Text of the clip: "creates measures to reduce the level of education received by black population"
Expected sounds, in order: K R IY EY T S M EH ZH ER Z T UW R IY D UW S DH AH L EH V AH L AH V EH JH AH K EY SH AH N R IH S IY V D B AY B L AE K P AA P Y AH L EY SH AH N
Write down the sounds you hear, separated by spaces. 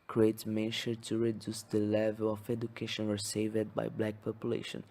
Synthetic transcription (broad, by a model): K R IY EY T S M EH SH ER T UW R IY D UW S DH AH L EH V AH L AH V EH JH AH K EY SH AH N W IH S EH V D B AY B L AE K P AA P Y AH L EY SH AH N